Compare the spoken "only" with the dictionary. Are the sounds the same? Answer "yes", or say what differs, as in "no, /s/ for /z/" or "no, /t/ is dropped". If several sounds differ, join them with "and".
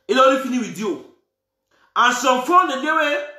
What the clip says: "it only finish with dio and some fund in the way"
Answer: no, /n/ is dropped